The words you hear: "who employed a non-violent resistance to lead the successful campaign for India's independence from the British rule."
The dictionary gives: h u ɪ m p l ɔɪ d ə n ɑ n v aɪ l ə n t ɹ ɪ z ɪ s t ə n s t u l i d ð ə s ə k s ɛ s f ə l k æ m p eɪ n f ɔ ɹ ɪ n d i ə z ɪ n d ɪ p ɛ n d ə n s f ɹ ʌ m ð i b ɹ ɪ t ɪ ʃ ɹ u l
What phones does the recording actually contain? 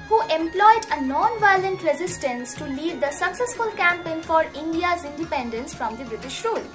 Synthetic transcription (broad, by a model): h u ɪ m p l ɔɪ d ə n ɑ n v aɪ l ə n t ɹ ɪ z ɪ s t ə n s t u l i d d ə s ə k s ɛ s f ə l k æ m p eɪ n f ɔ ɹ ɪ n d i ə z ɪ n d ɪ p ɛ n d ə n s f ɹ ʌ m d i b ɹ ɪ t ɪ ʃ ɹ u l